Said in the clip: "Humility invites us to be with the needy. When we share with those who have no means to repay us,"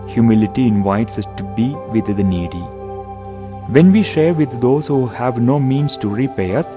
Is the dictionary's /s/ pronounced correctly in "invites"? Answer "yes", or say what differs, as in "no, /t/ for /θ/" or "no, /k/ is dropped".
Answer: yes